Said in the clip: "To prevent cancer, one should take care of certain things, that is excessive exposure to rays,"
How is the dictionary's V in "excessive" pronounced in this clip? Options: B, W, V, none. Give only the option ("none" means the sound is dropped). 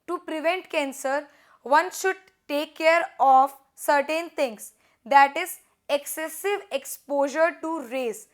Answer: V